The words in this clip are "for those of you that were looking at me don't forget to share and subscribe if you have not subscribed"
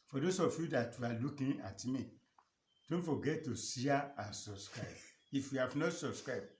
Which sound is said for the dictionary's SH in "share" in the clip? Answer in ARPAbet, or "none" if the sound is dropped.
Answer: S